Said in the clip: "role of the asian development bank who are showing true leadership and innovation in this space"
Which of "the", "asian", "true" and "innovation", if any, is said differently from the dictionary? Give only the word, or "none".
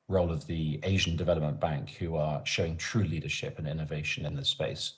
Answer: none